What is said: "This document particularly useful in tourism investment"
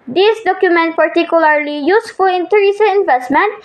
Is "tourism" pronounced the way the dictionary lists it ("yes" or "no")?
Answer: no